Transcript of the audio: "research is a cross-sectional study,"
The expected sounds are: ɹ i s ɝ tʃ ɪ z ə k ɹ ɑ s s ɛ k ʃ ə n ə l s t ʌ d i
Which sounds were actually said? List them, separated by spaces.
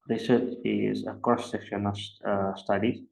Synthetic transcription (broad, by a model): ɹ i s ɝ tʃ ɪ z ə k ɑ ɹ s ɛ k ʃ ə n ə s s t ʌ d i